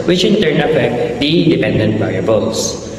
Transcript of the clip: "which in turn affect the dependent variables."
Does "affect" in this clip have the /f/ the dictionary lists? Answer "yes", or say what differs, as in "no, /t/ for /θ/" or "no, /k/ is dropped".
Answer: no, /p/ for /f/